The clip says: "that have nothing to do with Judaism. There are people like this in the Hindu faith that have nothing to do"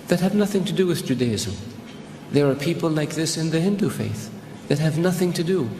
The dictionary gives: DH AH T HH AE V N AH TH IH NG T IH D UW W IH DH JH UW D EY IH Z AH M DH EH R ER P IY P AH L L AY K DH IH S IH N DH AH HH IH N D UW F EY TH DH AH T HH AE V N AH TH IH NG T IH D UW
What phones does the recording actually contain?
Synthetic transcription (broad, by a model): DH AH T HH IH V N AH TH IH NG T IH D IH W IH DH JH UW D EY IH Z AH DH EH R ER P IY P L L AY K DH IH S IH N DH AH HH IH N D UW F EY TH DH AH T HH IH V N AH TH IH NG T IH D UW